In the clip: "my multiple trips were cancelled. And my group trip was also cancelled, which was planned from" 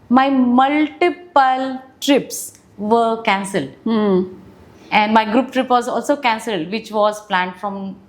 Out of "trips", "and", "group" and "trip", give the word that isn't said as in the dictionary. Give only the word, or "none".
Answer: none